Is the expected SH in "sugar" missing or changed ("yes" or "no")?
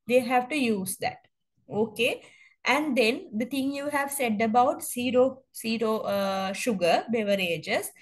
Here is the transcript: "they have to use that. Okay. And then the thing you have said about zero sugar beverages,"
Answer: no